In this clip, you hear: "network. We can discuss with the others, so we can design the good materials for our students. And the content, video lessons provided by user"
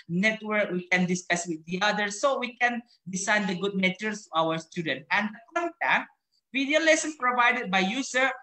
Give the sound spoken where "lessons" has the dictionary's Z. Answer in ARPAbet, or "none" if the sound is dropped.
none